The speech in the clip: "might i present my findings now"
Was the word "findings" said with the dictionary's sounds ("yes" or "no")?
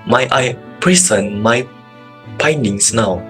no